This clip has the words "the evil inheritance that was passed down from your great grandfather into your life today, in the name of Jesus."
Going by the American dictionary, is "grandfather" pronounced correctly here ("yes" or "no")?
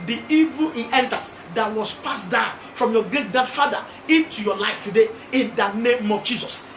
no